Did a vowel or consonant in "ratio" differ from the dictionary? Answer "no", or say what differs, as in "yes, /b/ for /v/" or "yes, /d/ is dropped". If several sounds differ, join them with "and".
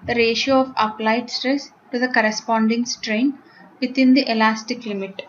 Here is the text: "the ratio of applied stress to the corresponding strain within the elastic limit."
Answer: no